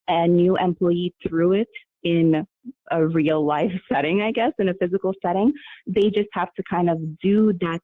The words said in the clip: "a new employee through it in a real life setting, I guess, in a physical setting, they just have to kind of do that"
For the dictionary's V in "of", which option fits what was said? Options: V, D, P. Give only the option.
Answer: V